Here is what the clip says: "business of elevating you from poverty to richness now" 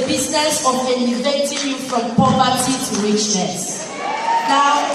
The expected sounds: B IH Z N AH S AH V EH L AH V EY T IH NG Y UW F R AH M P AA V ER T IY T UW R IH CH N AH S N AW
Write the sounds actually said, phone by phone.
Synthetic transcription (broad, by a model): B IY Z N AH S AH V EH N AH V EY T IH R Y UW F R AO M P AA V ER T IY T UW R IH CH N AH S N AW